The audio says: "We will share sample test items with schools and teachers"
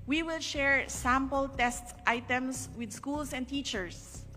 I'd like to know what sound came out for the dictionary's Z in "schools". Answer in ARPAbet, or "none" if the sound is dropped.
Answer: S